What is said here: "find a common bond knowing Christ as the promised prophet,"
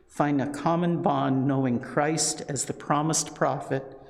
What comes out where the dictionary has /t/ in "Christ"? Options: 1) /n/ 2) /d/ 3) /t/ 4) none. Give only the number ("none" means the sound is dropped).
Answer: 3